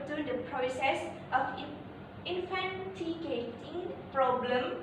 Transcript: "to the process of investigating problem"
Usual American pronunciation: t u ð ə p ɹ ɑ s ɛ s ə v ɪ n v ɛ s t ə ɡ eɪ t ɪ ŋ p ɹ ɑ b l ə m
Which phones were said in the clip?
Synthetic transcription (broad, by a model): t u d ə p ɹ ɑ s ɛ s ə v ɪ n f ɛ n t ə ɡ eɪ t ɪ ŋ p ɹ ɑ b l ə m